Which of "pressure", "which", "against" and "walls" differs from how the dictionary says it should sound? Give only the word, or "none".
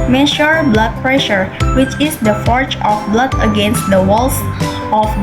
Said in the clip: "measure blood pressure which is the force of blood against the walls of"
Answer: walls